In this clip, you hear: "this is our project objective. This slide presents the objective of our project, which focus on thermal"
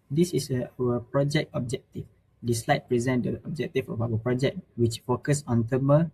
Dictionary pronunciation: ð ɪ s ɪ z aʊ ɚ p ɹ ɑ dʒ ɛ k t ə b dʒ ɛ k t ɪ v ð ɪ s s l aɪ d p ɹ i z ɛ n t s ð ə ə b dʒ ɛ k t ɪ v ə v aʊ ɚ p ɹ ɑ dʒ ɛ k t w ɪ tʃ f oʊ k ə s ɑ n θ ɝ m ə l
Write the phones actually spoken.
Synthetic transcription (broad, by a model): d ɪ s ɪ s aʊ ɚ p ɹ ɑ dʒ ɛ k t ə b dʒ ɛ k t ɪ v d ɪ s s l aɪ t p ɹ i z ɛ n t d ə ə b dʒ ɛ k t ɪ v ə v aʊ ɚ p ɹ ɑ dʒ ɛ k t w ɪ tʃ f oʊ k ə s ɑ n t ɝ m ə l